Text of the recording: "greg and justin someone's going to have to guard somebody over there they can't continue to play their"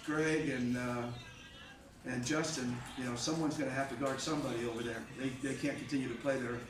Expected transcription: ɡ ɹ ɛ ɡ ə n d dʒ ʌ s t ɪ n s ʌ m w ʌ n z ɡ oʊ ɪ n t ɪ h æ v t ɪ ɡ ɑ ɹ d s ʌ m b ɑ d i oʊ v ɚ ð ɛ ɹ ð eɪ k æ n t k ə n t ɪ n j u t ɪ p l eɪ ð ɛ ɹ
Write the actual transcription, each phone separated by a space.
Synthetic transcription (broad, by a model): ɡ ɹ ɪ ɡ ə n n dʒ ʌ s t ɪ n s ʌ m w ʌ n z ɡ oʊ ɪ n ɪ h æ f t ɪ ɡ ɑ ɹ d s ʌ m b ɑ d i oʊ v ɚ ð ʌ ɹ ð eɪ k æ n k n t ɪ n j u t ɪ p l eɪ ð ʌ ɹ